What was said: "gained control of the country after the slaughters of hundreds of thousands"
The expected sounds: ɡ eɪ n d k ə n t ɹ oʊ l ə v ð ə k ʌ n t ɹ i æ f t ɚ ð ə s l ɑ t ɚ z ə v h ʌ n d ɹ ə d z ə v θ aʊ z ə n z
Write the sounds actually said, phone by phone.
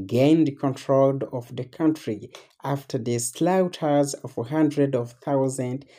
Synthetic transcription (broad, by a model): ɡ eɪ n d k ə n t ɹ oʊ l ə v ð ə k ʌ n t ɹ i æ f t ɚ ð ə s l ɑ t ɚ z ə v h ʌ n d ɹ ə d ə v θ aʊ z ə n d